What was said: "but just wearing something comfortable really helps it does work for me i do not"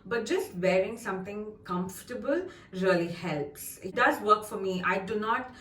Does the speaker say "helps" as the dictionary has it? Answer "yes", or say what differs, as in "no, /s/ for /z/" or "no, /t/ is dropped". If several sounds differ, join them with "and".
yes